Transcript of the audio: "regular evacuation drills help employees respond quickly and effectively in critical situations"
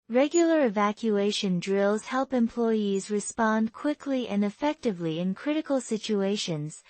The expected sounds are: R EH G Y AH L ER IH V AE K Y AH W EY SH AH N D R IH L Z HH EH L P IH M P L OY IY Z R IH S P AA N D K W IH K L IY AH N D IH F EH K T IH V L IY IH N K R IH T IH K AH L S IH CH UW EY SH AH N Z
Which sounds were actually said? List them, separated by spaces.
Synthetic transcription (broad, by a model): R EH G Y L ER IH V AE K Y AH EY SH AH N D R IH L Z HH EH L P IH M P L OY IY Z R IH S P AA N D K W IH K L IY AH N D IH F EH K T IH V L IY IH N K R IH T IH K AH L S IH CH UW EY SH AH N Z